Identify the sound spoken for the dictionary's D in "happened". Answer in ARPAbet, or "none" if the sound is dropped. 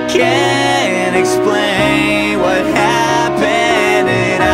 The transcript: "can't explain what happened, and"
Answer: none